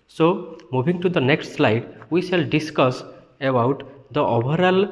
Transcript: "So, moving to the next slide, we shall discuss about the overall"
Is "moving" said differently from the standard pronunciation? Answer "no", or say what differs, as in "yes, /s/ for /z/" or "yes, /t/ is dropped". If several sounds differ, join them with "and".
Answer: yes, /b/ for /v/